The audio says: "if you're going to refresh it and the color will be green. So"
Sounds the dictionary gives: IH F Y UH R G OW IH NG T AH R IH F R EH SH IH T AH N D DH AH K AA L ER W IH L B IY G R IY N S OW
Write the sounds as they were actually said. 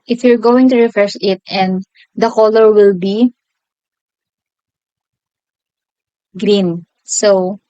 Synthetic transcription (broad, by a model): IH F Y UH R G OW IH NG T AH R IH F R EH S IH T AH N D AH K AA L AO W IH L B IY G R IY N S OW